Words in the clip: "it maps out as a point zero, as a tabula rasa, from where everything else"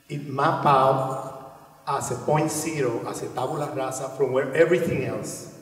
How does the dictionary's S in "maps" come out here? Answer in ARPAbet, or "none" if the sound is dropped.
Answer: none